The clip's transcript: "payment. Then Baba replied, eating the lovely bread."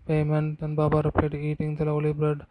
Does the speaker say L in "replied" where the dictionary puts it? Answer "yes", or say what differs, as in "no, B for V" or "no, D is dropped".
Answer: no, L is dropped